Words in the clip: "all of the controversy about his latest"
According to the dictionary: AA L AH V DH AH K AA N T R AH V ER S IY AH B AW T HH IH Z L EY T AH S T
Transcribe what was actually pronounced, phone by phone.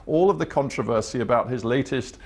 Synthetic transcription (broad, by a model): AA L AH V DH AH K AA N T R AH V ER S IY AH B AW T HH IH Z L EY T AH S T